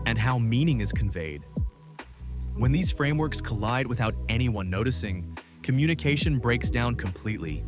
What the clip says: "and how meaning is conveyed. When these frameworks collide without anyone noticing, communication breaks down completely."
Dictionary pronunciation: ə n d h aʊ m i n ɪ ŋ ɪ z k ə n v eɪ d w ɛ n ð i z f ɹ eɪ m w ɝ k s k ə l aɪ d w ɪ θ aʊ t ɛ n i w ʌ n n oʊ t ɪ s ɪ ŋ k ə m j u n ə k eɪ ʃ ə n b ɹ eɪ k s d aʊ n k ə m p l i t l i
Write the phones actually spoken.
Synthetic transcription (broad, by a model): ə n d h aʊ m i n ɪ ŋ ɪ z k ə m v eɪ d w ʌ n ð i z f ɹ eɪ m w ɝ k s k ə l aɪ d w ɪ θ aʊ t ɛ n i w ʌ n n oʊ t ɪ s ɪ ŋ k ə m j u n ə k eɪ ʃ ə n b ɹ eɪ k s d aʊ n k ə m p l i t l i